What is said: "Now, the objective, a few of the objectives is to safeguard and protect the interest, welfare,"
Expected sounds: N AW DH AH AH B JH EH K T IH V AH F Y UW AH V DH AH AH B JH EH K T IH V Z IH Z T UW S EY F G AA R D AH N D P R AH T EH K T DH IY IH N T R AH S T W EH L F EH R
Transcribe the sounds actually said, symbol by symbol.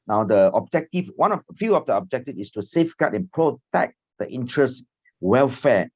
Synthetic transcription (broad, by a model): N AW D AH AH B JH EH K T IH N AH F Y UW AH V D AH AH B JH EH K T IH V IH S T UW S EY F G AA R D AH N P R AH T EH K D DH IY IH N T R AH S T W EH L F EH